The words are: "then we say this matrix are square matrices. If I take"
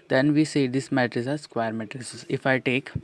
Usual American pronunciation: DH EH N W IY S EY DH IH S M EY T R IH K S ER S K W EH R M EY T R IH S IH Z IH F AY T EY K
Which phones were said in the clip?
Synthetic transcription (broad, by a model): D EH N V IY S EY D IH S M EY T R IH S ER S K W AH R M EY T R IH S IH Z IH F AY T EY K